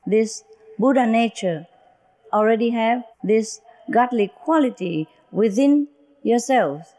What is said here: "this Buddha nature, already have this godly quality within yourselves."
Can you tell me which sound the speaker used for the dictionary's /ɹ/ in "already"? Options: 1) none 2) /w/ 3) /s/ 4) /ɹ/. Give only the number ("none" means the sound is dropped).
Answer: 4